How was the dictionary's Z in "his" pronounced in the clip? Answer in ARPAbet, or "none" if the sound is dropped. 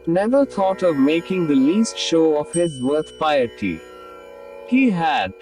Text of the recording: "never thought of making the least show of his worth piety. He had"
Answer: Z